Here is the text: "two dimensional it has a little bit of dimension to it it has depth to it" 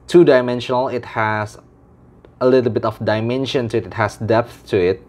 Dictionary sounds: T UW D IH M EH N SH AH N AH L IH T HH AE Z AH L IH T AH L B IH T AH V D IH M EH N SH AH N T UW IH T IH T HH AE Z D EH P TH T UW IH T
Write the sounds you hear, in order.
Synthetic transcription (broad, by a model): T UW D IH M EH N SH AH N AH L IH T HH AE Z AH L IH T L B IH T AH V D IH M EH N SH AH N T UW IH T IH T HH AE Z D EH P TH T UW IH T